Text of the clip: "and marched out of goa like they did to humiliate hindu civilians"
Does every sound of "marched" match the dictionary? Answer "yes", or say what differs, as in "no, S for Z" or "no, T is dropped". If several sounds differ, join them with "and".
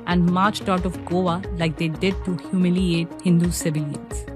yes